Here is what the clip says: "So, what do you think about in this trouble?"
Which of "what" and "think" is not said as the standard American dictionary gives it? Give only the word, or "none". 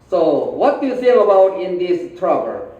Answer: think